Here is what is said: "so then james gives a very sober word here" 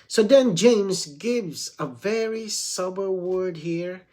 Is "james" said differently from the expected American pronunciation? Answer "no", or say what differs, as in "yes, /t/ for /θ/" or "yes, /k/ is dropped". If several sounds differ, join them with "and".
no